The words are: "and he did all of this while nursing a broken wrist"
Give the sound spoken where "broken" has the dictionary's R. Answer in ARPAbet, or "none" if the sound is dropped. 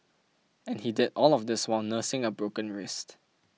R